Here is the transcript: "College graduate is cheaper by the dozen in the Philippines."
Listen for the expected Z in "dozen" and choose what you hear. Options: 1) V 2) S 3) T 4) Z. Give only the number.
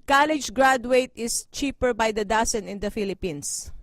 2